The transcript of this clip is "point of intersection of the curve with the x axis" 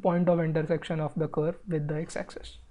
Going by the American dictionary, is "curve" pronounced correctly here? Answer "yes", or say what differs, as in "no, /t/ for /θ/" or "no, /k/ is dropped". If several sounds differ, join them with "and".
yes